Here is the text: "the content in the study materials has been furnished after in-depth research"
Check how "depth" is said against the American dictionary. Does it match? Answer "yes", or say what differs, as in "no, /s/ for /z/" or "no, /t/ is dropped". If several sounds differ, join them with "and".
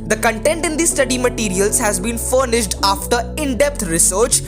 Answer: no, /t/ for /θ/